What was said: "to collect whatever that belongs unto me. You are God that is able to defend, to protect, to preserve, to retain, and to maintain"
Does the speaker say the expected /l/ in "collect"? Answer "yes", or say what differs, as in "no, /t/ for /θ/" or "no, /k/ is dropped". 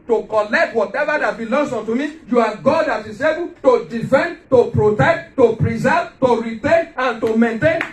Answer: yes